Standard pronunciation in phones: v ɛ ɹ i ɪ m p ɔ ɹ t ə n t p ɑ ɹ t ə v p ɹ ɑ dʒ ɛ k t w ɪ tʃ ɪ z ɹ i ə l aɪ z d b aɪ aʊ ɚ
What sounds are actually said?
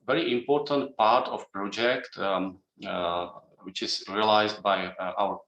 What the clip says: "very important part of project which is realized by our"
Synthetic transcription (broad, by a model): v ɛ ɹ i ɪ m p ɔ ɹ t ə n t p ɑ ɹ t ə f p ɹ ɑ dʒ ɛ k t w ɪ tʃ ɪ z ɹ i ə l aɪ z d b aɪ aʊ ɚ